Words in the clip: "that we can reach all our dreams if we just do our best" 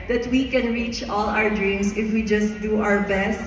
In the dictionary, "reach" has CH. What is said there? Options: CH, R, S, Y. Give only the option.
CH